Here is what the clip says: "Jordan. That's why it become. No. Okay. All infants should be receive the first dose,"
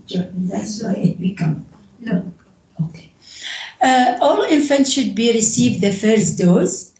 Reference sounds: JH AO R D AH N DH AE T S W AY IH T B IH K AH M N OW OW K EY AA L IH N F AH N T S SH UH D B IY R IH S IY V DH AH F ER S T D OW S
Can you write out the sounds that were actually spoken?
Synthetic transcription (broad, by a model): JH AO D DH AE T S W AY IH T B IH K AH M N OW OW K EY AA L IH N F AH N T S SH UH D B IY R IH S IY V DH AH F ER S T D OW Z